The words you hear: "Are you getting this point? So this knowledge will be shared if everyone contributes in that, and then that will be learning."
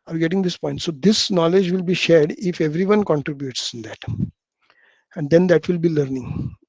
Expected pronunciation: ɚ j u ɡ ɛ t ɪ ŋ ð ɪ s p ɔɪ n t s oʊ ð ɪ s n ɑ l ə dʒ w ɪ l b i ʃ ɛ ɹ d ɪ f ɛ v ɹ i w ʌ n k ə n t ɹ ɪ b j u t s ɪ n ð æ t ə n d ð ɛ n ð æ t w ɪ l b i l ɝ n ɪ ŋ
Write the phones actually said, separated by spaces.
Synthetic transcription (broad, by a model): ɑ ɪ ɡ ɛ t ɪ ŋ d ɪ s p ɔɪ n t s oʊ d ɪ s n ɑ l ə dʒ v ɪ l b i ʃ ɛ ɹ d ɪ f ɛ v ɹ i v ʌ n k ə n t ɹ ɪ b j u t s ɪ n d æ t ə n d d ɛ n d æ t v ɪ l b i l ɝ n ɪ ŋ